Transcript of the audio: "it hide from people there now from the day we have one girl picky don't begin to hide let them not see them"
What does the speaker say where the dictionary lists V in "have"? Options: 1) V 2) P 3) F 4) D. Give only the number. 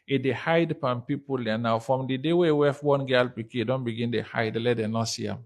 3